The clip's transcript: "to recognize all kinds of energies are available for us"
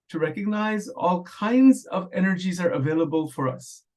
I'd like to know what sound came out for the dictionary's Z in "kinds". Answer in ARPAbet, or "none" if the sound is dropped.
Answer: Z